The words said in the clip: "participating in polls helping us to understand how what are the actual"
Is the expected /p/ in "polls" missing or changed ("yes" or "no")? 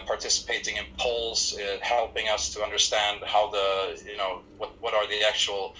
no